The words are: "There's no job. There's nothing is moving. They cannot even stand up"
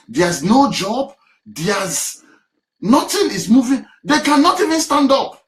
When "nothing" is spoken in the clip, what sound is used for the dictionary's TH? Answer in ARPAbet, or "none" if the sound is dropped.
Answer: T